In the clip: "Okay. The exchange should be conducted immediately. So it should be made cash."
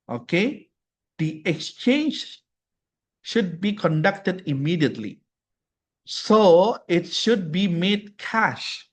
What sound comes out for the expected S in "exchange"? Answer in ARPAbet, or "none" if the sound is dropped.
S